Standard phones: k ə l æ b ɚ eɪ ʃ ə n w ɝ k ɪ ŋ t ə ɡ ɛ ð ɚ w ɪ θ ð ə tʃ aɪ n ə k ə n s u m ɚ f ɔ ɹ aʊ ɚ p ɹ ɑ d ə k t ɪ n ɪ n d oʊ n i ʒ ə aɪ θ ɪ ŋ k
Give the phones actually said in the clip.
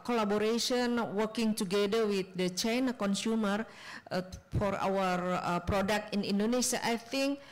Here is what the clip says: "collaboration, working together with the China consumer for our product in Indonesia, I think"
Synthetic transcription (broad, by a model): k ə l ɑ b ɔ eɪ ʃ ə n w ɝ k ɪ ŋ t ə ɡ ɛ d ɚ w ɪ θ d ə tʃ aɪ n ə k ə n s u m ɚ f ɔ ɹ aʊ ɚ p ɹ ɑ d ə k t ɪ n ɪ n d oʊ n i ʃ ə aɪ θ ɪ ŋ k